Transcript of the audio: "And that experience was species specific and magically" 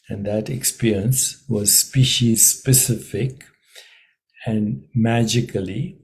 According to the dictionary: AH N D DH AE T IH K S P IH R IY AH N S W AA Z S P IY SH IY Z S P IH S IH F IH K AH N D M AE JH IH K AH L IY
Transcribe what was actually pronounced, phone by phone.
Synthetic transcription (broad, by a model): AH N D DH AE T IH K S P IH R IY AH N S W AA Z S P IY SH IY Z S P IH S IH F IH K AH N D M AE JH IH K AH L IY